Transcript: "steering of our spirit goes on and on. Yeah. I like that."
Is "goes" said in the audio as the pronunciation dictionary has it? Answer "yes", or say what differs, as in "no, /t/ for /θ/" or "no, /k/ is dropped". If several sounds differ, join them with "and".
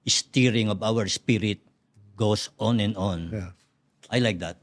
no, /s/ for /z/